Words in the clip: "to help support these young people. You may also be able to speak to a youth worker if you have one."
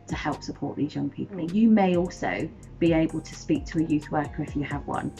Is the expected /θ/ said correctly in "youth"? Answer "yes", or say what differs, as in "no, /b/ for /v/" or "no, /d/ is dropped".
yes